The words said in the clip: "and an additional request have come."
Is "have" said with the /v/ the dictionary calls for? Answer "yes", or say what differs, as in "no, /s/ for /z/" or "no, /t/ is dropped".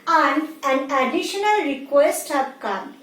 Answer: no, /p/ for /v/